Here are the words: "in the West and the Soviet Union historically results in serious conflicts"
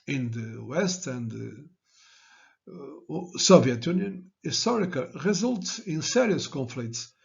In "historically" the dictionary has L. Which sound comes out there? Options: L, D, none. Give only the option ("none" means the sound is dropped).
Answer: none